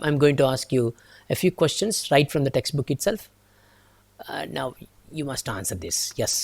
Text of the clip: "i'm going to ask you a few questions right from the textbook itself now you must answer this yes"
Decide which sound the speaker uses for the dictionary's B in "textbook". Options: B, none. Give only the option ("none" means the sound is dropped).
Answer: B